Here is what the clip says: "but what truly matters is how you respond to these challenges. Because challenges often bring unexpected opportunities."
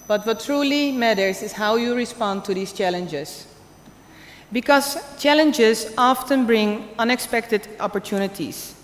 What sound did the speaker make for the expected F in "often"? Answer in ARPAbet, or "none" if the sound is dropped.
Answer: F